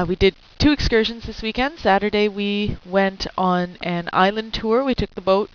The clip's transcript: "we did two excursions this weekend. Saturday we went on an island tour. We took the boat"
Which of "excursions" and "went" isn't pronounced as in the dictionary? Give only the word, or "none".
none